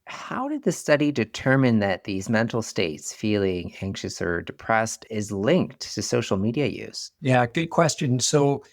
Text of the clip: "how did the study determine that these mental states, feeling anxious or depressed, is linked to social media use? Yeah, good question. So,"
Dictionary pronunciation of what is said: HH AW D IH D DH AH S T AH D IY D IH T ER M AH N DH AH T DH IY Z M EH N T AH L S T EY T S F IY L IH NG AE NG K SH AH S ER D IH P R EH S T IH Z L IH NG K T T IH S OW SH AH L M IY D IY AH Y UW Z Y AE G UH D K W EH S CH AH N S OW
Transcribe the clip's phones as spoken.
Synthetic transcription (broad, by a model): HH AW D IH D DH AH S T AH D IY D IH T ER M AH N DH AH T DH IY Z M EH N T L S T EY T S F IY L IH NG AE NG K SH AH S ER D IH P R EH S T IH Z L IH NG K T T IH S OW SH L M IY D IY AH Y UW Z Y AE G UH D K W EH S CH AH N S OW